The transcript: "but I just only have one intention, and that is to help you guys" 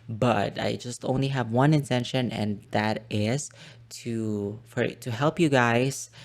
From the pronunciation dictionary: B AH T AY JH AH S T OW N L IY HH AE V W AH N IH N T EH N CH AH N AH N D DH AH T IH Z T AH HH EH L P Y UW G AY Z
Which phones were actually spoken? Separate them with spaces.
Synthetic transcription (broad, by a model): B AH T AY JH AH S T OW N L IY HH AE V W AH N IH N T EH N SH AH N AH N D DH AH T IH Z T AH HH EH L P Y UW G AY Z